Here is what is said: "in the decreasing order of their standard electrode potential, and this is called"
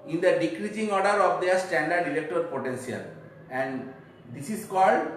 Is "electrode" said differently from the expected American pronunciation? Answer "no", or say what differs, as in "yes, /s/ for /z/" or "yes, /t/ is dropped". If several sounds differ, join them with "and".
yes, /ɹ/ is dropped